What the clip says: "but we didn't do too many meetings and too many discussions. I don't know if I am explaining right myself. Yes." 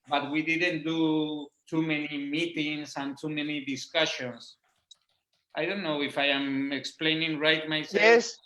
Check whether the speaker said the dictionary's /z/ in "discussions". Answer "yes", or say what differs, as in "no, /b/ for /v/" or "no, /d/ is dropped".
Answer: no, /s/ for /z/